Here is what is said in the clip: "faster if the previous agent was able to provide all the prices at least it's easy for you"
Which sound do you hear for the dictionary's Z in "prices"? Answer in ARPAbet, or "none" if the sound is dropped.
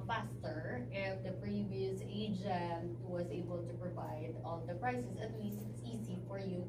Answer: S